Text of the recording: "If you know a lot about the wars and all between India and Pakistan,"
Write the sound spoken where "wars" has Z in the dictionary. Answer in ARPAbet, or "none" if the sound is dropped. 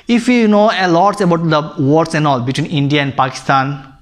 S